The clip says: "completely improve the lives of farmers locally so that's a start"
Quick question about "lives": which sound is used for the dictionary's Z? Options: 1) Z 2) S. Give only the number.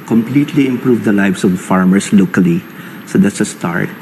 2